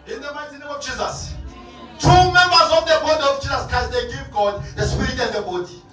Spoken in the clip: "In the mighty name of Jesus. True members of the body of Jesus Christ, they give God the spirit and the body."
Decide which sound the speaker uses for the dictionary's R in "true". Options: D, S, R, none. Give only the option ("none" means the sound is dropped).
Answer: none